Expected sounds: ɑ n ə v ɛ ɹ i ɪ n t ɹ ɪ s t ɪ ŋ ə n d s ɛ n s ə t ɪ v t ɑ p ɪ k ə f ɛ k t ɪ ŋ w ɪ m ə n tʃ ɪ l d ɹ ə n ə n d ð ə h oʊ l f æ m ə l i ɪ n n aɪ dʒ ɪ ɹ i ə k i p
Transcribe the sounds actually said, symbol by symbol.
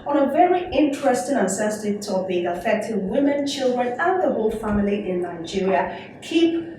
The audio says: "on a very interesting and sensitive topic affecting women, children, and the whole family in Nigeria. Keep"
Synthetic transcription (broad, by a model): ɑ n ə v ɛ ɹ i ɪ n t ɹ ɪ s t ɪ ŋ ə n s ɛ s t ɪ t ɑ b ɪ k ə f ɛ k t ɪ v w ɪ m ə n tʃ ɪ l d ɹ ə n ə n ð ə h oʊ l f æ m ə l i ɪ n n aɪ dʒ ɪ ɹ i ə k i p